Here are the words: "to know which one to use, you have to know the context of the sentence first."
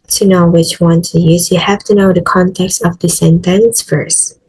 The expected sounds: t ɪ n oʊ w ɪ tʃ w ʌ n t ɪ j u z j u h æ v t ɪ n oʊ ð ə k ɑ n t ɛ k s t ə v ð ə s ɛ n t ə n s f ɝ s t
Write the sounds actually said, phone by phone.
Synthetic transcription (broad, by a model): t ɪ n oʊ w ɪ tʃ w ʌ n t ɪ j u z j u h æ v t ɪ n oʊ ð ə k ɑ n t ɛ k s t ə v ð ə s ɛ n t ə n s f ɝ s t